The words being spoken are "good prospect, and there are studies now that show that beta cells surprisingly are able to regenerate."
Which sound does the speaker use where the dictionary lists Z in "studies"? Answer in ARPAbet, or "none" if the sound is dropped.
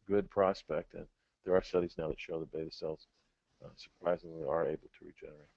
Z